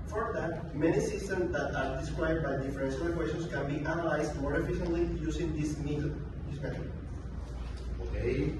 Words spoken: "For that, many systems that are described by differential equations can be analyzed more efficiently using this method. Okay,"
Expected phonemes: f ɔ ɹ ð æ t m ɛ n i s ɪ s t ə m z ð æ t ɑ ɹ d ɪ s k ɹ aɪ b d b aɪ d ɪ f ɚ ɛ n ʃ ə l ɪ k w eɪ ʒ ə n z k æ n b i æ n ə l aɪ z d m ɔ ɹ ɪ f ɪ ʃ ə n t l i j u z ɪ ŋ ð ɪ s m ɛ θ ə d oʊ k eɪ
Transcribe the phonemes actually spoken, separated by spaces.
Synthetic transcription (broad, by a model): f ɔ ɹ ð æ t m ɛ n i s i s t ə m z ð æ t ɑ ɹ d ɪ s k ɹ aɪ d b aɪ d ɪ f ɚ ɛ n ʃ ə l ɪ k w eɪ ʃ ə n s k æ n b i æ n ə l aɪ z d m ɔ ɹ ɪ f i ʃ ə n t l i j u s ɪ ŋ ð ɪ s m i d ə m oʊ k eɪ